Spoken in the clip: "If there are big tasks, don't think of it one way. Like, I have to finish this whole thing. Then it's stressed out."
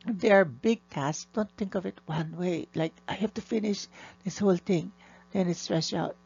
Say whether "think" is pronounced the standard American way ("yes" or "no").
yes